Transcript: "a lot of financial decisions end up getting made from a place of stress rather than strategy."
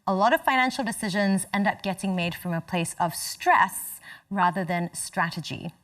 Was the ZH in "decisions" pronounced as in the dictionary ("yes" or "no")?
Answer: yes